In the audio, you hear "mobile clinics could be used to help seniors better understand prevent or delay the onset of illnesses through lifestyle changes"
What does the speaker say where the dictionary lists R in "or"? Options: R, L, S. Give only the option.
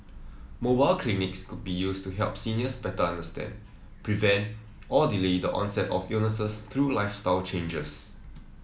L